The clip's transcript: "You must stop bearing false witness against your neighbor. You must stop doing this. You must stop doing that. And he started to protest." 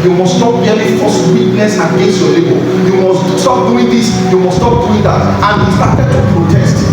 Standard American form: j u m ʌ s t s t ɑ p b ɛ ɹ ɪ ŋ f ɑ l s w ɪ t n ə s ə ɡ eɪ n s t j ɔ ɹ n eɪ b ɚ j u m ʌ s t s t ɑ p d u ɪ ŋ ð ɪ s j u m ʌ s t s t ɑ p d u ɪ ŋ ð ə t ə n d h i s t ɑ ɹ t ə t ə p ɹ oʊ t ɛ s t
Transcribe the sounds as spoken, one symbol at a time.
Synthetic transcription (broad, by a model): j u m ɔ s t s t ɑ p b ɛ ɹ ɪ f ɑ s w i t n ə s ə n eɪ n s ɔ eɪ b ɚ j u m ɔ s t s t ɑ p d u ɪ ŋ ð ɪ s j u m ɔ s s t ɑ p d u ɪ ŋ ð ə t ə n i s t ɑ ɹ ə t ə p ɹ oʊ t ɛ s t